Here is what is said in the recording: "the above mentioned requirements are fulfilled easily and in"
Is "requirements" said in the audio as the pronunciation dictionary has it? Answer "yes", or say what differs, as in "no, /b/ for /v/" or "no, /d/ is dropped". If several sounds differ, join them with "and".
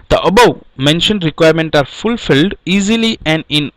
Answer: no, /s/ is dropped